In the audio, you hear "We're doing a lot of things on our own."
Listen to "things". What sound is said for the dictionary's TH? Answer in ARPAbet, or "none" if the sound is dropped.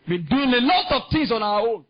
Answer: T